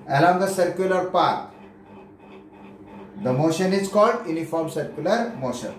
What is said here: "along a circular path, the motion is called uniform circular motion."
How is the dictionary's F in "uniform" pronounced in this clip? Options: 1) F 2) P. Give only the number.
1